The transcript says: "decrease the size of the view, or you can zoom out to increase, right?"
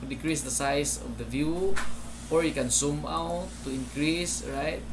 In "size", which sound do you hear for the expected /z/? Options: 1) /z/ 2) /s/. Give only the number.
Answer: 2